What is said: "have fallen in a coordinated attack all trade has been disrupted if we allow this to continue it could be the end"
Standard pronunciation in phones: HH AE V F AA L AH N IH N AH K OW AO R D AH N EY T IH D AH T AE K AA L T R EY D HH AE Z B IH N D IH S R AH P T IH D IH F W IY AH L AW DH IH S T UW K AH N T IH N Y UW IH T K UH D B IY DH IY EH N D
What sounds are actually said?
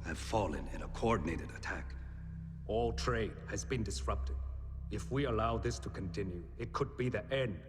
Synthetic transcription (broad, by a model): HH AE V F AA L AH N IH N AH K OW AO R D N EY T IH D AH T AE K AA L T R EY D HH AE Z B IH N D IH S R AH P T IH D IH F W IY AH L AW DH IH S T UW K AH N T IH N Y UW IH T K UH D B IY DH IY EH N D